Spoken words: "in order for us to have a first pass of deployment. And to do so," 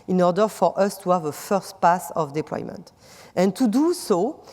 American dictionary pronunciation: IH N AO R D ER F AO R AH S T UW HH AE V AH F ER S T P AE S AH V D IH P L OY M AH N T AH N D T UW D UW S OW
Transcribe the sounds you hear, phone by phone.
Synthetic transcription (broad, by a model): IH N AO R D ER F AO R AH S T UW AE V AH F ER S T P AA S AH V D IH P L OY M AH N T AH N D T UW D UW S OW